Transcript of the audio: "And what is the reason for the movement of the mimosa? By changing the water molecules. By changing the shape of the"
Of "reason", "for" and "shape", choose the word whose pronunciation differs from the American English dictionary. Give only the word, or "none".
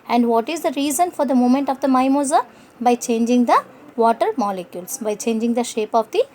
none